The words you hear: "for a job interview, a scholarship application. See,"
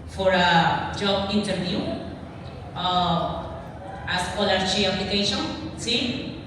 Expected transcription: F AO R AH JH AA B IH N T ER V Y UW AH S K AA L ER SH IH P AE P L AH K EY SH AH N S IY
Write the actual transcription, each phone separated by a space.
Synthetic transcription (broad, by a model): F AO R AH JH AA B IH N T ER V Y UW AH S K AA L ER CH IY AE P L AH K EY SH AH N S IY